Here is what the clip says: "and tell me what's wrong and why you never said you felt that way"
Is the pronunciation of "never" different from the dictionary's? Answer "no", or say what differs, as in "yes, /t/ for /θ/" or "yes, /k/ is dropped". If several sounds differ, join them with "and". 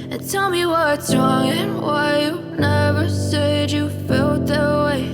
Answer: no